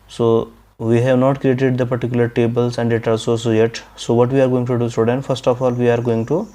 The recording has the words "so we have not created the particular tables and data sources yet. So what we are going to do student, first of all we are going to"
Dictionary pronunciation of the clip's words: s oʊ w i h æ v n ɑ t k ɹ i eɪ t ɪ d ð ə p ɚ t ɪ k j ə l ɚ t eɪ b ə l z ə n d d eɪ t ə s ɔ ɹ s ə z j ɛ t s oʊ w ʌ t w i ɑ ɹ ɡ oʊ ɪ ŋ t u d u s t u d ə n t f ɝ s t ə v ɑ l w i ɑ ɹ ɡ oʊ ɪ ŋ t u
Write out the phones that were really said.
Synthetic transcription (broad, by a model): s oʊ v i h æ v n ɑ t k ɹ i eɪ t ɪ d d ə p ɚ t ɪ k j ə l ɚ t eɪ b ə l s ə n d d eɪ t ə s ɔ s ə j ɛ t s oʊ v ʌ t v i ɑ ɹ ɡ oʊ ɪ ŋ t u d u s t u d ə n t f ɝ s t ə f ɑ l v i ɑ ɹ ɡ oʊ ɪ ŋ t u